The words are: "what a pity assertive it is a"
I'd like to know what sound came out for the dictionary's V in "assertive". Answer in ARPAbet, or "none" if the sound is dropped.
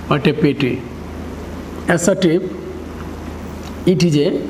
P